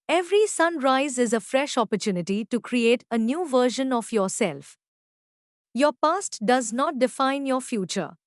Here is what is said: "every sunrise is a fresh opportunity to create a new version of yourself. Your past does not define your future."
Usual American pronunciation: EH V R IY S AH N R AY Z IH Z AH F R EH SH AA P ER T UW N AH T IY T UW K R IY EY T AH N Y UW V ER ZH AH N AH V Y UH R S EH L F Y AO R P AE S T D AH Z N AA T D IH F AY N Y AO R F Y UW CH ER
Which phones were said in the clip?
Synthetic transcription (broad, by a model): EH V R IY S AH N R AY Z IH Z AH F R EH SH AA P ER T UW N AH T IY T UW K R IY EY T AH N Y UW V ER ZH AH N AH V Y UH R S EH L F Y AO R P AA S T D AH Z N AA T D IH F AY N Y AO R F Y UW CH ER